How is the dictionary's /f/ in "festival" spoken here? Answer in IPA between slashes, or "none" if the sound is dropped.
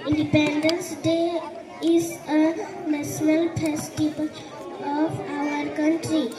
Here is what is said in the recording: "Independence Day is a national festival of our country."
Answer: /p/